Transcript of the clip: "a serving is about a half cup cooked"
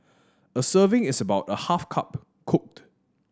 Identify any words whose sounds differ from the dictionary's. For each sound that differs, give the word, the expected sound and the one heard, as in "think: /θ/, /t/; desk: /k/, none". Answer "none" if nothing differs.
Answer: is: /z/, /s/